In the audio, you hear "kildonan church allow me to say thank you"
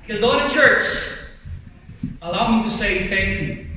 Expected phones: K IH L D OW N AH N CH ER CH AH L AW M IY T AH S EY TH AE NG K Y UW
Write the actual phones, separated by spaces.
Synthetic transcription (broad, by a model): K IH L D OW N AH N CH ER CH AH L AW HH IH T AH S EY TH AE NG K Y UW